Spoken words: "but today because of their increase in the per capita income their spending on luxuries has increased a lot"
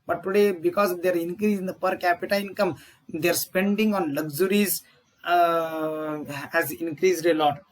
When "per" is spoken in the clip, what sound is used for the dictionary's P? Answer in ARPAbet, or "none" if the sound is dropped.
P